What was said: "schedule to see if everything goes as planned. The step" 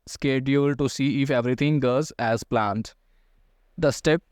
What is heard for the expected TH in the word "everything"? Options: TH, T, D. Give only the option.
T